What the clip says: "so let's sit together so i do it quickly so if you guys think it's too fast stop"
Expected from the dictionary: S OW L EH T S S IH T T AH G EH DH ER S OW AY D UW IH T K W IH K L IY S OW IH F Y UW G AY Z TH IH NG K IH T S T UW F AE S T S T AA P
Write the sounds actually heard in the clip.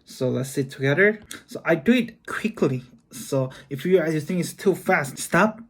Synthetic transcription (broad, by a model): S OW L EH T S S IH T T AH G EH DH ER S OW AY D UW IH T K W IH K L IY S OW IH F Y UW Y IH TH IH NG K IH T S T UW F AE S T S T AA P